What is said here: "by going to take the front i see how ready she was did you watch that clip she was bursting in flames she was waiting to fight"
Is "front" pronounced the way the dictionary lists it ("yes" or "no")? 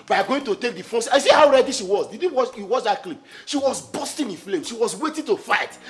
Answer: no